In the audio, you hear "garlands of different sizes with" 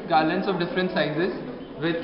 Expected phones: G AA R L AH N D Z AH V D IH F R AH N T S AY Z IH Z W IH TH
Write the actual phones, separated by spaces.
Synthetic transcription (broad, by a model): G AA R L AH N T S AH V D IH F R AH N T S AY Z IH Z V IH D